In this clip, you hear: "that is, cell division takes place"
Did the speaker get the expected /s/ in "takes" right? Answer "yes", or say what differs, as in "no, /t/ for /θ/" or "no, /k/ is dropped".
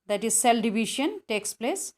yes